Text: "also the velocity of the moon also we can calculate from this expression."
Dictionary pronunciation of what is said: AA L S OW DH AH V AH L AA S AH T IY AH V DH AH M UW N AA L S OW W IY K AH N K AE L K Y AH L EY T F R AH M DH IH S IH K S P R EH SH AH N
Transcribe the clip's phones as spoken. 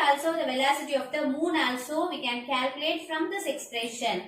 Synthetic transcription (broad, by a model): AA L S OW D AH V AH L AA S AH T IY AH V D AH M UW N AA L S OW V IY K AH N K AE L K Y AH L EY T F R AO M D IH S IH K S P R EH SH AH N